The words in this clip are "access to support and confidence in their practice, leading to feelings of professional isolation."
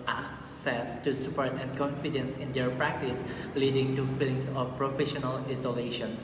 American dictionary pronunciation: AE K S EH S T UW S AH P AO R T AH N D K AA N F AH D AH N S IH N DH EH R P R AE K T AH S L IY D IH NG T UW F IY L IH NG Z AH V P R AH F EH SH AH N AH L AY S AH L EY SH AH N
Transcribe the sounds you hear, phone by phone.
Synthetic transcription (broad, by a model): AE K S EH S T UW S AH P AO R T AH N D K AA N F AH D AH N S IH N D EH R P R AE K T AH S L IY D IH NG T UW F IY L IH NG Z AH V P R AH F EH SH AH N AH L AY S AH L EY SH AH N